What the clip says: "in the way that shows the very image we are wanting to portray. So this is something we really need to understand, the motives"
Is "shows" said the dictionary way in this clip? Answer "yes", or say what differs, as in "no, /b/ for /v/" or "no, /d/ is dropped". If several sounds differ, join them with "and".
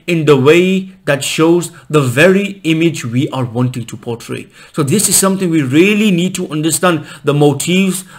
yes